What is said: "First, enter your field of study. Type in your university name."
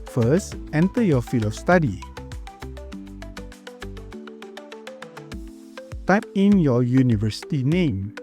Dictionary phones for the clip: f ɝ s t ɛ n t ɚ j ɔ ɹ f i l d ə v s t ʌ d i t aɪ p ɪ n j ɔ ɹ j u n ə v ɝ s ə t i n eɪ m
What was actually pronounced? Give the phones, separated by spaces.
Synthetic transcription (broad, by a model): f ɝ s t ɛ n t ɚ j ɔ f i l ə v s t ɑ d i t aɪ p ɪ n j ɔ j u n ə v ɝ s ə t i n eɪ m